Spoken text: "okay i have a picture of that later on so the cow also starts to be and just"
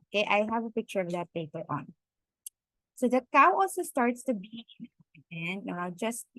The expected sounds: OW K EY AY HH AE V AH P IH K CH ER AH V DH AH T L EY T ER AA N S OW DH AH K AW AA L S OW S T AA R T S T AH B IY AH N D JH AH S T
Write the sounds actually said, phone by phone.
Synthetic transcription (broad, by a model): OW K EY AY HH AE V AH P IH K CH ER AH V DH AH T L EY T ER AA N S OW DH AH K AW AA L S OW S T AA R T S T AH B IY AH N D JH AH S T